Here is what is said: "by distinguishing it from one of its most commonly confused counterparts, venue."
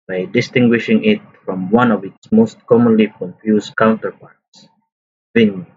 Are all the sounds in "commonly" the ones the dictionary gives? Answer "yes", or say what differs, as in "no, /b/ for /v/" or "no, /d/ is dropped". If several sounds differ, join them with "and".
yes